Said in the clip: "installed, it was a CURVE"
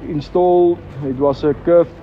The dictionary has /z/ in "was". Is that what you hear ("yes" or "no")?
no